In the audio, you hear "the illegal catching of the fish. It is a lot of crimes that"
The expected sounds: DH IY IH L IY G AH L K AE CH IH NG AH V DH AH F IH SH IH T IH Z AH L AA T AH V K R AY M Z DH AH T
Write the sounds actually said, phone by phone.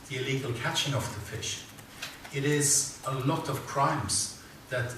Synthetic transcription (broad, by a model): DH IY IH L IY G AH L K AE CH IH NG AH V DH AH F IH SH IH T IH Z AH L AA T AH V K R AY M Z DH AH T